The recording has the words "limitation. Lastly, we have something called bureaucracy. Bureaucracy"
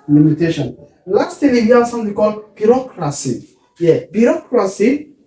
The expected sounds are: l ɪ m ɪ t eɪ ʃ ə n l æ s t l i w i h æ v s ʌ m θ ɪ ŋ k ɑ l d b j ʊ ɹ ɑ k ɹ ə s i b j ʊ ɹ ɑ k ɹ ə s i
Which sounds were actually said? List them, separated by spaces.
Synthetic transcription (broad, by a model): l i m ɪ t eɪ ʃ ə n l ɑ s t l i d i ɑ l s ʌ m t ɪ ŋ k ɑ l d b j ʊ ɹ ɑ k ɹ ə s i b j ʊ ɹ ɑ k ɹ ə s i